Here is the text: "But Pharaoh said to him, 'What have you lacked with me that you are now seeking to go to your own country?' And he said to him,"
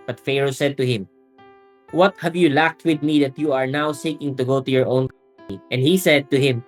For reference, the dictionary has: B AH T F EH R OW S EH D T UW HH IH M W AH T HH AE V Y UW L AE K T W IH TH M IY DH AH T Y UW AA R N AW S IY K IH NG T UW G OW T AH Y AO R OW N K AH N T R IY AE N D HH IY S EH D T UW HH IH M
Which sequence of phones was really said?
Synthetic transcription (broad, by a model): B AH T F EH R OW S EH D T UW HH IH M W AH T HH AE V Y UW L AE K T W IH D M IY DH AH T Y UW AA R N AW S IY K IH NG T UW G OW T AH Y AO R OW N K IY T IY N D HH IY S EH D T UW HH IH M